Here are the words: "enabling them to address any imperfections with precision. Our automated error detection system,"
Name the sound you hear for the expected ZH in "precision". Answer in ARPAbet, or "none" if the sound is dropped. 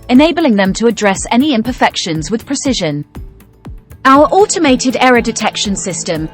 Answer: ZH